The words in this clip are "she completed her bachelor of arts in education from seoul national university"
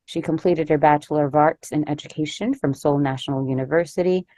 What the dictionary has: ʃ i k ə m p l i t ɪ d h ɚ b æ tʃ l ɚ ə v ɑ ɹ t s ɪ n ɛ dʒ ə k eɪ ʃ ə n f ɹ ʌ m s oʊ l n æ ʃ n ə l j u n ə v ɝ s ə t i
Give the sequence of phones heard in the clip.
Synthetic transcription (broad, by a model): ʃ i k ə m p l i t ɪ d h ɚ b æ tʃ l ɚ ə v ɑ ɹ t s ɪ n ɛ dʒ ə k eɪ ʃ ə n f ɹ ʌ m s oʊ l n æ ʃ n l j u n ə v ɝ s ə t i